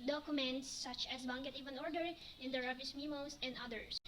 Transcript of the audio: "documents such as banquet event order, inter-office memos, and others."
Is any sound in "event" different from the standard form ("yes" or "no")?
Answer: yes